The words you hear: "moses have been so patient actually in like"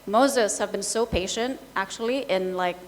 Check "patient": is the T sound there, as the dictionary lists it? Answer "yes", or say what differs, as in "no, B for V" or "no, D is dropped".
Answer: yes